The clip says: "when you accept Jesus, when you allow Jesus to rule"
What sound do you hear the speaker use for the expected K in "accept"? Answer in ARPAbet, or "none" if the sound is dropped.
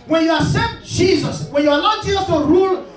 none